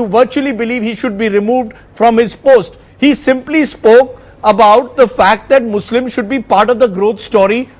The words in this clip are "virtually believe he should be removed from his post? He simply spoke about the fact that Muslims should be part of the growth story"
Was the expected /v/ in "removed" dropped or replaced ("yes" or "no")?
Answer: no